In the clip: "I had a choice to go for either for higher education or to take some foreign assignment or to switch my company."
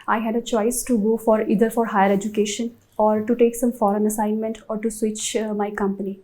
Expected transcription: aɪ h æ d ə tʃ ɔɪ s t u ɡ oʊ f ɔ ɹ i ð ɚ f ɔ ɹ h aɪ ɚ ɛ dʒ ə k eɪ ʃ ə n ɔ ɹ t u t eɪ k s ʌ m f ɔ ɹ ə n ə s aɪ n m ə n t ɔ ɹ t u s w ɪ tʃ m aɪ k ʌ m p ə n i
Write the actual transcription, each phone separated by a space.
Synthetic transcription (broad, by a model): aɪ h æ d ə tʃ ɔɪ s t u ɡ oʊ f ɔ ɹ i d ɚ f ɔ ɹ h aɪ ɚ ɛ dʒ ə k eɪ ʃ ə n ɔ ɹ t u t eɪ k s ʌ m f ɔ ɹ ə n ə s aɪ n m ə n t ɔ ɹ t u s w ɪ tʃ m aɪ k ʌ m p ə n i